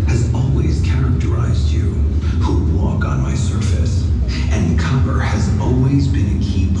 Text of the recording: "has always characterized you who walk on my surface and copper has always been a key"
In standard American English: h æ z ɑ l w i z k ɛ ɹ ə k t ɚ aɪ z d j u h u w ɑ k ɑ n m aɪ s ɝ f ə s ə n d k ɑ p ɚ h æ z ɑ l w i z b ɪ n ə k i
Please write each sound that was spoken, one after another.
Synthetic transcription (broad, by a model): h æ z ɑ l w i z k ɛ ɹ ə k t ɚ aɪ z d j u h u w ɑ k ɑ n m aɪ s ɝ f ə s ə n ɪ k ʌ b ɚ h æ z ɑ l w i z b ɪ n ə k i